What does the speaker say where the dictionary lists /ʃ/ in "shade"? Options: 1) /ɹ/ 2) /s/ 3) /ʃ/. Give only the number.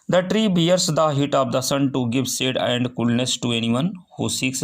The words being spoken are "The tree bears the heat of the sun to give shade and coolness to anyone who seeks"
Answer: 2